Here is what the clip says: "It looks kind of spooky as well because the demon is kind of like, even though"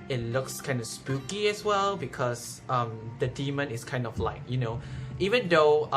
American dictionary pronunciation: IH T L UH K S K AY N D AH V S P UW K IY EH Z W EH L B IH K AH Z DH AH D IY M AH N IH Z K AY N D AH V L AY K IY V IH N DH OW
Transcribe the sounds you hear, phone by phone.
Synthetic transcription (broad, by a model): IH T L UH K S K AY N D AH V S P UW K IY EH S W EH L B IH K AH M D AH D IY M AH N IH S K AY N D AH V L AY K IY V IH N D OW